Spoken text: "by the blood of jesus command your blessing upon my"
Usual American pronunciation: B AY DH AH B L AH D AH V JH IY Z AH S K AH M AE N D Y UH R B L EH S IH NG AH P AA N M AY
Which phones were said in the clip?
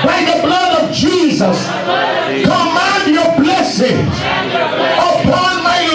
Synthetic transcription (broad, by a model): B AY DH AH B L AH D AH V JH IY Z AH S K AH M AE N D Y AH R B L EH S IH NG AH P AA N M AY